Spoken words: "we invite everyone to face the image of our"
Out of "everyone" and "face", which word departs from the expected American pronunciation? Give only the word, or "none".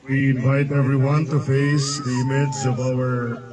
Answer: none